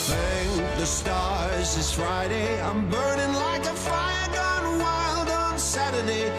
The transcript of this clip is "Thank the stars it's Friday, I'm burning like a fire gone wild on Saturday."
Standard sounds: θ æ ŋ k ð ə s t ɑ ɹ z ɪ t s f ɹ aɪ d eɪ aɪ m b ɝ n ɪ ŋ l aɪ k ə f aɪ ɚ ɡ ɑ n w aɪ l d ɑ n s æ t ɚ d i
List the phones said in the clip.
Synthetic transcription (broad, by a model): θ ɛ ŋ ð ə s t ɑ ɹ z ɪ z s f ɹ aɪ d eɪ aɪ m b ɝ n ɪ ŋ l aɪ k ə f aɪ ɚ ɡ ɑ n w aɪ l d n s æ t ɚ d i